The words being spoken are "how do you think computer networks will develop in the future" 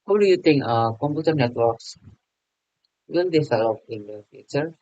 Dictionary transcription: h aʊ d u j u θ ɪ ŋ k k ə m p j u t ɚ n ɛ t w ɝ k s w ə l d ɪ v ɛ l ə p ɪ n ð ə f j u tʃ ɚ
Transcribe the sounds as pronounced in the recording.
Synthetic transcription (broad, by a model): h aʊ d u j u t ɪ ŋ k k ə m p j u t ɚ n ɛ t w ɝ k s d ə n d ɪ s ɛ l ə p ɪ n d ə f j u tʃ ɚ